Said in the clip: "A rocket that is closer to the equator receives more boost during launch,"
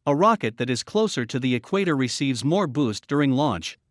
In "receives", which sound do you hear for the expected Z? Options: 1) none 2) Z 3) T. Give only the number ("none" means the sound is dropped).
2